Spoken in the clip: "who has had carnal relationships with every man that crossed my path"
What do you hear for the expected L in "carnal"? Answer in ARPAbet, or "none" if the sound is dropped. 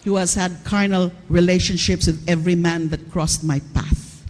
L